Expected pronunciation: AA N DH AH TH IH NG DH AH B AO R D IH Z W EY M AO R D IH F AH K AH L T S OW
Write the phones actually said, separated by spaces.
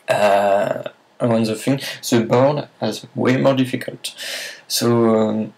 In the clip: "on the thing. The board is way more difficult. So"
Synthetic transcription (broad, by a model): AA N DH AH F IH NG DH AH B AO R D IH Z W EY M AO R D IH F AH K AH L T S OW